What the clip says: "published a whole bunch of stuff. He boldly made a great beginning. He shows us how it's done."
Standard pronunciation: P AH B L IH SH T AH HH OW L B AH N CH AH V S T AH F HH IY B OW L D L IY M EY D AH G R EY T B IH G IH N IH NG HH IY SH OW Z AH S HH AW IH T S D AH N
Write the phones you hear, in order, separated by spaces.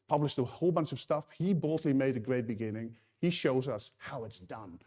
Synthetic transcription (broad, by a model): P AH B L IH SH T AH HH OW L B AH N S AH V S T AH F HH IY B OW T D L IY M EY D AH G R EY T B IH G IH N IH NG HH IY SH OW Z AH S HH AW IH T S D AH N